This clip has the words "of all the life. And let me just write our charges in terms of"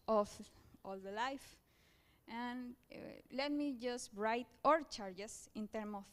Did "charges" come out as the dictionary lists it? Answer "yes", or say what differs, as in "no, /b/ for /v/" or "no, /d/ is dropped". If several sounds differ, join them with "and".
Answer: no, /s/ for /z/